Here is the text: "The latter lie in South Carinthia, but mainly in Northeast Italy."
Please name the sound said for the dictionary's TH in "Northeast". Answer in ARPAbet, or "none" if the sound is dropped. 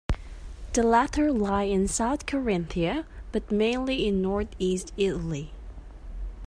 TH